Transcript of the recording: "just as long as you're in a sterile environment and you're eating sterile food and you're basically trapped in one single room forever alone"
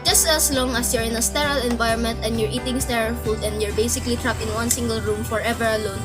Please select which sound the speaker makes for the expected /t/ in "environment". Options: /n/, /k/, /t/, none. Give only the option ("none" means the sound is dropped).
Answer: /t/